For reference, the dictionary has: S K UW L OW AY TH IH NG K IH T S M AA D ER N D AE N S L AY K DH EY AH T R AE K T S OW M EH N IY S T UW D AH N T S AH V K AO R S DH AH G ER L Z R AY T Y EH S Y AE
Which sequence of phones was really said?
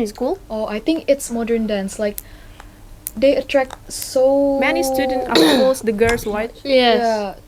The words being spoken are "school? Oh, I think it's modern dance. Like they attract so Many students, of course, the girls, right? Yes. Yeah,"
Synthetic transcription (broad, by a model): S K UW L OW AY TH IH NG K IH T S M AA D ER N D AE N S L AY K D EY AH T R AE K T S OW M EH N IY S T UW D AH N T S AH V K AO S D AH G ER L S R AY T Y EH Y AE